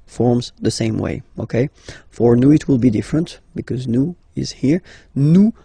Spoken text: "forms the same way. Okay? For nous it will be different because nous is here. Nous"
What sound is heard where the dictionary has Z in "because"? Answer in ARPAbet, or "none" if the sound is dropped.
Z